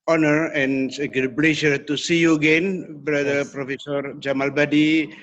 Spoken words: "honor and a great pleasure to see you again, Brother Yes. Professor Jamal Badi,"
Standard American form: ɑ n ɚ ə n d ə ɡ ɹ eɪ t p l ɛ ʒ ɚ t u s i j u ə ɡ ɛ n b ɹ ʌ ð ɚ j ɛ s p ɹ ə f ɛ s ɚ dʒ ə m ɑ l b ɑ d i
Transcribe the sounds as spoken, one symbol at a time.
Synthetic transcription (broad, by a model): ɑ n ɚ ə n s ə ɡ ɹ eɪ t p l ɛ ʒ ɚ t u s i j u ə ɡ ɛ n b ɹ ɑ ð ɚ p ɹ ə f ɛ s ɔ dʒ ə m ɑ l b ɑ d i